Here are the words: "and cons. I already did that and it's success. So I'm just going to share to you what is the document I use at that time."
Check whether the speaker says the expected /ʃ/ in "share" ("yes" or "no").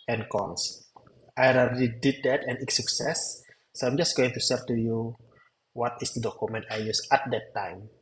no